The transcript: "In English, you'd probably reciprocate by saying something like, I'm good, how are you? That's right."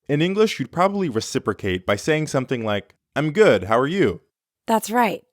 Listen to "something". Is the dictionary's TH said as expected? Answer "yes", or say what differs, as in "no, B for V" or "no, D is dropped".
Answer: yes